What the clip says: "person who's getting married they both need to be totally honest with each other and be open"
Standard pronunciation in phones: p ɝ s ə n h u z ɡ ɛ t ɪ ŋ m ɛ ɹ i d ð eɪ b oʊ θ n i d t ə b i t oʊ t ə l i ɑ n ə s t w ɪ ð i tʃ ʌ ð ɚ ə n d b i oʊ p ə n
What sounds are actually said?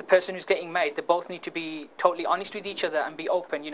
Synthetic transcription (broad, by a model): p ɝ s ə n h u z ɡ ɛ t ɪ ŋ m ɛ i d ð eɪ b oʊ θ n i d t ə b i t oʊ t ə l i ɑ n ə s t w ɪ ð i tʃ ʌ ð ɚ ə n b i oʊ p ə n